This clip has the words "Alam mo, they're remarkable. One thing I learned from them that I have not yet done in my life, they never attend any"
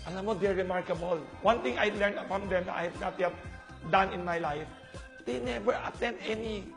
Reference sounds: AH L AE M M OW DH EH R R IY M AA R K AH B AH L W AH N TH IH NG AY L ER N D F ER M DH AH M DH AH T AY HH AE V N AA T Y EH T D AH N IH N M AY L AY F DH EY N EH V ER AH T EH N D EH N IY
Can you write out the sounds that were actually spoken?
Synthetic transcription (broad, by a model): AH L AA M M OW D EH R R IY M AA R K AH B AH L W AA N T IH NG AY L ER N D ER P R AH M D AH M AY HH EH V N AA T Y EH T D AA N IH N M AY L AY F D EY N EH V ER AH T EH N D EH N IY